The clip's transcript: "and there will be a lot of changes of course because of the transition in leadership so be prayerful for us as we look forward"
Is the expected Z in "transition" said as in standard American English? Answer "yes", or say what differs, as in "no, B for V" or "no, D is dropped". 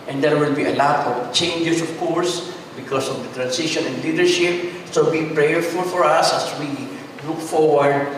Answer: no, S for Z